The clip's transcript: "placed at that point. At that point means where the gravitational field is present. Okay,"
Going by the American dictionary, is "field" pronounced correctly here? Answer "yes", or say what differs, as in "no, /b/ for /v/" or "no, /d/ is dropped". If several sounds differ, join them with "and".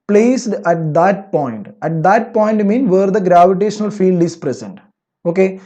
yes